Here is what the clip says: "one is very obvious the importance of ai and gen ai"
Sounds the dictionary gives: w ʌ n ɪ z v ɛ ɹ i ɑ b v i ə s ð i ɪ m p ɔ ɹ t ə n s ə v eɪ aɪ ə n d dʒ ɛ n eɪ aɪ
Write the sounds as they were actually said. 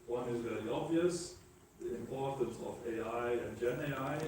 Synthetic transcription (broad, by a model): w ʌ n ɪ z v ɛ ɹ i ɑ b v i ə s ð i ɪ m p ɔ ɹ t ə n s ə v eɪ aɪ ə n dʒ ɛ n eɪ aɪ